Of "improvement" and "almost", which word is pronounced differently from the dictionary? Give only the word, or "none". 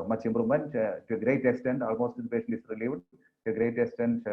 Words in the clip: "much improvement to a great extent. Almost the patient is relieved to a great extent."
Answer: improvement